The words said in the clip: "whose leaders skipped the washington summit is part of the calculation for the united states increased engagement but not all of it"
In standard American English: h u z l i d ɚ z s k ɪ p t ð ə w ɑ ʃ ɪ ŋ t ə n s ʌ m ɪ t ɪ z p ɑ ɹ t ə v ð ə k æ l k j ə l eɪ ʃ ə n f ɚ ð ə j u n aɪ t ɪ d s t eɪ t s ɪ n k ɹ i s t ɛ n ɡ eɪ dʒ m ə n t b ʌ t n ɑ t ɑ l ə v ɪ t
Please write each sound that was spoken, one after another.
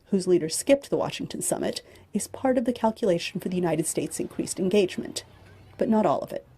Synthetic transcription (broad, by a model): h u z l i d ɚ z s k ɪ p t ð ə w ɑ ʃ ɪ ŋ t ə n s ʌ m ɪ t ɪ z p ɑ ɹ t ə v ð ə k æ l k j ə l eɪ ʃ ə n f ɚ ð ə j u n aɪ t ɪ d s t eɪ t s ɪ n k ɹ i s t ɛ n ɡ eɪ dʒ m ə n b ʌ t n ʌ t ɑ l ə v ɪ t